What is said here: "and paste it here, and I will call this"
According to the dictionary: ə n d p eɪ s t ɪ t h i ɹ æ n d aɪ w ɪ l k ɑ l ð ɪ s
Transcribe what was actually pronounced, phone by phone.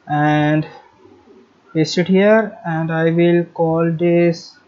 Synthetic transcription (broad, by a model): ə n d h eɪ s ɪ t h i ɹ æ n d aɪ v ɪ l k ɑ l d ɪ s